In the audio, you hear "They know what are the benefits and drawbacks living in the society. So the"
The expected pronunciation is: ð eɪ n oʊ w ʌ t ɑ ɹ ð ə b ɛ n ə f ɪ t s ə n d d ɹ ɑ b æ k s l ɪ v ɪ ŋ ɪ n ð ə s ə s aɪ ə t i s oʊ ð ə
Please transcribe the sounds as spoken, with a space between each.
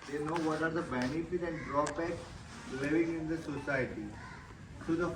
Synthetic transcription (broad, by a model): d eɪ n oʊ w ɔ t ɑ ɹ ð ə b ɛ n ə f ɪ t ə n d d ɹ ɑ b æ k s l ɪ v ɪ ŋ ɪ n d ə s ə s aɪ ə t i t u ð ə